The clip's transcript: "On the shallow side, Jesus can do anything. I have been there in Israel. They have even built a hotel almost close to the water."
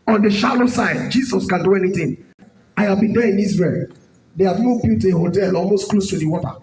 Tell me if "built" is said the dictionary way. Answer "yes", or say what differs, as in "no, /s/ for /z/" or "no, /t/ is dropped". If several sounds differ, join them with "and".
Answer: no, /l/ is dropped